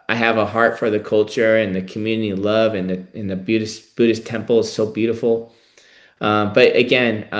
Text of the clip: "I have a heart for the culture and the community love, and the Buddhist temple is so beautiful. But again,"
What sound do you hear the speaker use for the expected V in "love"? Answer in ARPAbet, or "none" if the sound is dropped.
V